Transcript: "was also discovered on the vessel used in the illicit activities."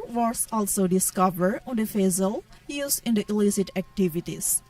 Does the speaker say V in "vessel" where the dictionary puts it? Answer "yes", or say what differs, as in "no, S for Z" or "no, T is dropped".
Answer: no, F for V